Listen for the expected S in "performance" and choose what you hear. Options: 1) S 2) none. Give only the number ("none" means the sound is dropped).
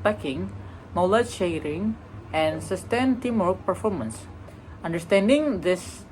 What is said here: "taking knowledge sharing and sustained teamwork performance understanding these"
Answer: 1